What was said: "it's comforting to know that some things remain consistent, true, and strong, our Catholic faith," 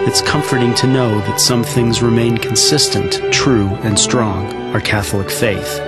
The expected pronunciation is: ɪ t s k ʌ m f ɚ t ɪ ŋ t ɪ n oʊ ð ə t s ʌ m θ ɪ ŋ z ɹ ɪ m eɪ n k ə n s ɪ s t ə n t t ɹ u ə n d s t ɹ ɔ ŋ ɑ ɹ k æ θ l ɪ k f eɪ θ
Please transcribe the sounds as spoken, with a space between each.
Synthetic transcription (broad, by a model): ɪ t s k ʌ m f ɚ t ɪ ŋ t ɪ n oʊ ð ə t s ʌ m θ ɪ ŋ z ɹ ɪ m eɪ n k n s ɪ s t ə n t t ɹ u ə n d s t ɹ ɔ ŋ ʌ ɹ k æ θ l ɪ k f eɪ θ